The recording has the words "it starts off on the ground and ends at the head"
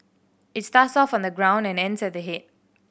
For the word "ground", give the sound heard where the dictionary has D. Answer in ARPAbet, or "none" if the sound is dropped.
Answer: D